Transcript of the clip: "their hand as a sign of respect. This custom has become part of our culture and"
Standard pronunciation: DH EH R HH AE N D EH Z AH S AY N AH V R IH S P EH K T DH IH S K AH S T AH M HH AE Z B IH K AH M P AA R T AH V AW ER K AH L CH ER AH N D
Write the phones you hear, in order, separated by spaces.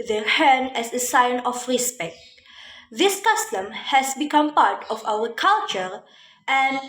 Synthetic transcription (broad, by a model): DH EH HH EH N EH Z AH S AY N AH F R IH S P EH K T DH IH S K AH S T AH M HH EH S B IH K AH M P AA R T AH F AW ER K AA L CH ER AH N